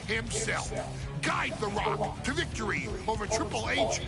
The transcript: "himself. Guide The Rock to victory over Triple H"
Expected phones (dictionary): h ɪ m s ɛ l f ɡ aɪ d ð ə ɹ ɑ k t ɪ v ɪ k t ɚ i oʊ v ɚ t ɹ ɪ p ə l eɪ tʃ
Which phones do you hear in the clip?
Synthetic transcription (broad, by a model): h ɪ m s ɛ l f ɡ aɪ d ð ə ɹ ɑ k t ɪ v ɪ k t ɚ i oʊ v ɚ t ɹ ɪ p l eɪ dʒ